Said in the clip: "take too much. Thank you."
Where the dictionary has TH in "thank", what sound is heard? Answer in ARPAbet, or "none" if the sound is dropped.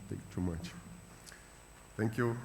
T